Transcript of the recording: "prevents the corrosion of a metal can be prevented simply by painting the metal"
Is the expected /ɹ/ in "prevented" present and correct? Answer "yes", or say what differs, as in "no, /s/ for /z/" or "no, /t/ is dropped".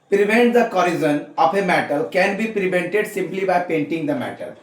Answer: yes